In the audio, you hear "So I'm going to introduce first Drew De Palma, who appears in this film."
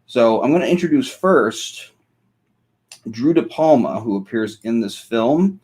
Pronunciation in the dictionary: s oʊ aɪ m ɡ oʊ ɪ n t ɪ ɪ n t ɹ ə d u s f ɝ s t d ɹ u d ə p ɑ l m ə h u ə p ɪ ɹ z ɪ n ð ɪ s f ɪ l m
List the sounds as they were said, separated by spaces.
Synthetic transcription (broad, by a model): s oʊ aɪ m ɡ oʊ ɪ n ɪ ɪ n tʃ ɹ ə d u s f ɝ s t d ɹ u d ə p ɑ l m ə h u ə p ɪ ɹ z ɪ n ð ɪ s f ɪ l m